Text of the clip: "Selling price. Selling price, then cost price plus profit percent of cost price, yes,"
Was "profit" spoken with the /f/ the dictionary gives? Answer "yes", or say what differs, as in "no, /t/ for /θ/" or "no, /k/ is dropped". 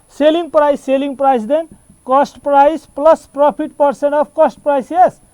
no, /p/ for /f/